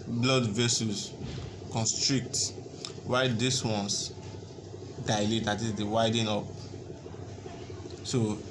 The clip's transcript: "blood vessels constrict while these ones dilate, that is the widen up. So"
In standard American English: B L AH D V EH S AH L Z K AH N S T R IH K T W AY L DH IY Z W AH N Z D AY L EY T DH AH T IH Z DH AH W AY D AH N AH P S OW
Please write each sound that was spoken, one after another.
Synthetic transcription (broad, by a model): B L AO D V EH S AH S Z K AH N S T R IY K T W AY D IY S W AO N S D AY L EY T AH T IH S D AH W AY D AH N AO P S OW